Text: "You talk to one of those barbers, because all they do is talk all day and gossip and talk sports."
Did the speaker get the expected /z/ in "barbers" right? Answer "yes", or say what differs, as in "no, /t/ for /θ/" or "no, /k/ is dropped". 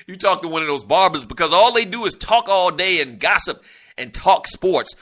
yes